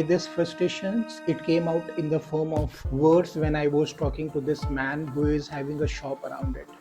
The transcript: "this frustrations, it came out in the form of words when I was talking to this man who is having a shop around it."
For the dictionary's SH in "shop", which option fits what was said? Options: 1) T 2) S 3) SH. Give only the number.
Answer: 3